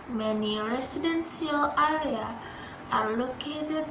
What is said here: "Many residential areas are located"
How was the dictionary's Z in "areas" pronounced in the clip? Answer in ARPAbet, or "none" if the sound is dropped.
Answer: none